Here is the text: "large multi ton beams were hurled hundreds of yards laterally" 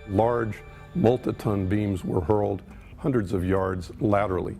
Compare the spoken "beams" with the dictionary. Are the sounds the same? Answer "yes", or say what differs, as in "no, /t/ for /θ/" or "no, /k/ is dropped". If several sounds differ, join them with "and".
yes